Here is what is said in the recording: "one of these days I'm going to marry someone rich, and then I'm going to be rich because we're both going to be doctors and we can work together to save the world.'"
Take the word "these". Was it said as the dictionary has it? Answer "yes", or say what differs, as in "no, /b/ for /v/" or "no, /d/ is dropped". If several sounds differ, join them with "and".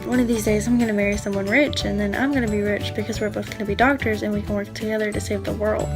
yes